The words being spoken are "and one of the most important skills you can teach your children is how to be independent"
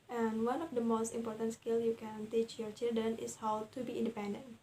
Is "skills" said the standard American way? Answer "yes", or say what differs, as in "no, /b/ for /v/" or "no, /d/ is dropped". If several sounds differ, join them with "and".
no, /z/ is dropped